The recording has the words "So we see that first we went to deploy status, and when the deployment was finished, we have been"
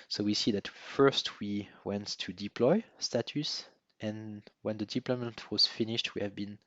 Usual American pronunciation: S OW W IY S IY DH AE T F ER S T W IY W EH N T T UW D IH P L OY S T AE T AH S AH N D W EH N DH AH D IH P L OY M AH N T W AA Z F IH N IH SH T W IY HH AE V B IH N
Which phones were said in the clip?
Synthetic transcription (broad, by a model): S OW W IY S IY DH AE T F ER S T W IY W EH N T T UW D IH P L OY S T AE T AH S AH N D W EH N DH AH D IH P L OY M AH N T W AA Z F IH N IH SH T W IY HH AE V B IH N